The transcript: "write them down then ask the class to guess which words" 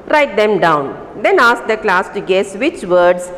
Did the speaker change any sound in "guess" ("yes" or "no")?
no